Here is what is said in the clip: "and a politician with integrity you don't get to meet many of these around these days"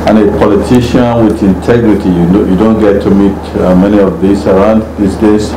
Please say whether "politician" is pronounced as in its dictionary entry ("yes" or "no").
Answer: yes